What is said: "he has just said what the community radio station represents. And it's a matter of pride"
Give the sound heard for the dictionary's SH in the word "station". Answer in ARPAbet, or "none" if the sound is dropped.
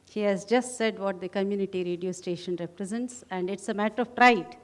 SH